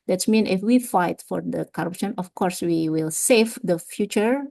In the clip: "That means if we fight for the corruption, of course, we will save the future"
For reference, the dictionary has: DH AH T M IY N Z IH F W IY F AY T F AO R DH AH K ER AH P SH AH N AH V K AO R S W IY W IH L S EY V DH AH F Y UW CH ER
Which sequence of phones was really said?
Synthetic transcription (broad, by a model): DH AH T M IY N IH F W IY F AY T F AO R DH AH K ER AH P SH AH N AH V K AO R S W IY W IH L S EY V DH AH F Y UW CH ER